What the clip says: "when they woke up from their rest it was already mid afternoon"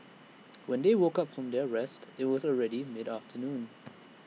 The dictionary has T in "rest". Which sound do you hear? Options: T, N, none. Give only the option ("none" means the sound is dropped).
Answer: T